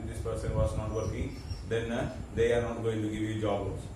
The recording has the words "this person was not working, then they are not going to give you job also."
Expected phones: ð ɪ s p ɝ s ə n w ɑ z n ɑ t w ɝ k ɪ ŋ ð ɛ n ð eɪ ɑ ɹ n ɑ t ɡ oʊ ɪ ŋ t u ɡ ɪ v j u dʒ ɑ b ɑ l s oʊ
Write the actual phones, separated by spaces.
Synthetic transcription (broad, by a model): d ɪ s p ɝ s ə n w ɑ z n ɑ t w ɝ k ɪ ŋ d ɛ n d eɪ ɑ ɹ n ɑ t ɡ oʊ ɪ ŋ t u ɡ ɪ v j u dʒ ɑ b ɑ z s